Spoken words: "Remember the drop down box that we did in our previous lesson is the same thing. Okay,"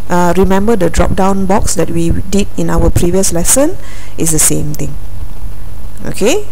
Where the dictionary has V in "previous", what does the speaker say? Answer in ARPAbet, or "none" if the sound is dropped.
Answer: V